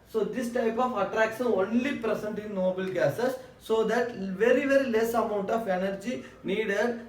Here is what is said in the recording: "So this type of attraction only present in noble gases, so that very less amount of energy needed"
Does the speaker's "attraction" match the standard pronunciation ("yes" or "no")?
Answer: no